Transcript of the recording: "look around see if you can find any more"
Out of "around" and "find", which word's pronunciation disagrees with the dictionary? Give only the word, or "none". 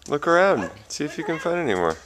none